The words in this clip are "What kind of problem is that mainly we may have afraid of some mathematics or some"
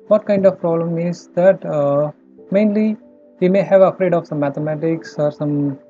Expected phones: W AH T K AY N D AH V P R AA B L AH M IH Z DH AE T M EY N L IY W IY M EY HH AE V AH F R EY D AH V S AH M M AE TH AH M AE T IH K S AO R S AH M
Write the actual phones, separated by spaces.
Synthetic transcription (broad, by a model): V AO T K AY N D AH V P R AA B L AH M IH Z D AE T M EY N L IY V IY M EY HH AE V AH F R EY D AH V S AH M M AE T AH M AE T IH K S AO R S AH M